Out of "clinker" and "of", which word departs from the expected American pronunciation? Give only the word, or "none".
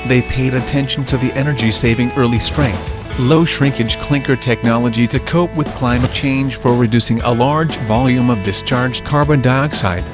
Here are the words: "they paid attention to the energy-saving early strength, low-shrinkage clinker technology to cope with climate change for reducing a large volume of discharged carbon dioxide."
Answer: none